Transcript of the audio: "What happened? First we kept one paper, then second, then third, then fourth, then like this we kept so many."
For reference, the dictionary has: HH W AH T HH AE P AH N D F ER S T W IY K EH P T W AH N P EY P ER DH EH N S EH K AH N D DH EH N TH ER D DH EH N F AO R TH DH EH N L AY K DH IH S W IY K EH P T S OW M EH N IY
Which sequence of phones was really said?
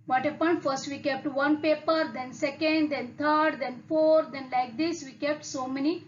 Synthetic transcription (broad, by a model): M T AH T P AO AH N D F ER S T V IY K EH P T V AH N P EY P ER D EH N S EH K AH N D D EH N T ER D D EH N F AO R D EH N L AY K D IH S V IY K EH P T S OW M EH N IY